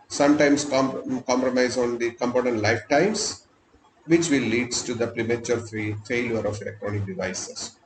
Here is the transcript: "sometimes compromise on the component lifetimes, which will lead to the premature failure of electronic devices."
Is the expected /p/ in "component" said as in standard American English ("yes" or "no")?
yes